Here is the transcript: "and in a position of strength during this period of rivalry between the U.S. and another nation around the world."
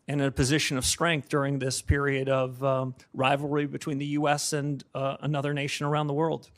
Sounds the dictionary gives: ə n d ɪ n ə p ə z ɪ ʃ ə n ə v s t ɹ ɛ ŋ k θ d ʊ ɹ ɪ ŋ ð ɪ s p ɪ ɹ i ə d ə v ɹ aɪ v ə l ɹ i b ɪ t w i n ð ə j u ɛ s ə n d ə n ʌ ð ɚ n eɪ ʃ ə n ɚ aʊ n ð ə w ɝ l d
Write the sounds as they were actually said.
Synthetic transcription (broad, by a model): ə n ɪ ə p ə z ɪ ʃ ə n ə v s t ɹ ɛ ŋ k θ d ʊ ɹ ɪ ŋ ð ɪ s p ɪ ɹ i ə d ə v ɹ aɪ v l ɹ i b ɪ t w i n ð ə j u ɛ s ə n ə n ʌ ð ɚ n eɪ ʃ ə n ɚ aʊ n ð ə w ɝ l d